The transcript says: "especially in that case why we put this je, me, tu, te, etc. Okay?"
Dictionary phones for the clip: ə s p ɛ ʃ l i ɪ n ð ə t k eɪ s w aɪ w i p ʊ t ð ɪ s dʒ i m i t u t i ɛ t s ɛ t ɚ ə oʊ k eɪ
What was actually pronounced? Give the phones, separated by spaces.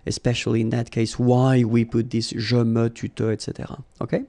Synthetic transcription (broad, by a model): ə s p ɛ ʃ l i ɪ n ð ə t k eɪ s w aɪ w i p ʊ t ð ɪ s ʒ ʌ m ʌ t u t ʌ ɛ t s ɛ t ɚ ə oʊ k eɪ